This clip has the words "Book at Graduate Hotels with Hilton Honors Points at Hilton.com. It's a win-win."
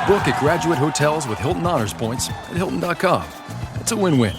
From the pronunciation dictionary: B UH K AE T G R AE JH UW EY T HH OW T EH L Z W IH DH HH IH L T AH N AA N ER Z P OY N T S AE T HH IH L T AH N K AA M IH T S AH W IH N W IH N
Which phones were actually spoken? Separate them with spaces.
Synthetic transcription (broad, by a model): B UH K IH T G R AE JH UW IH T HH OW T EH L Z W IH DH HH IH L T N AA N ER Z P OY N T S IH T HH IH L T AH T K AA M IH T S AH W IH N W IH N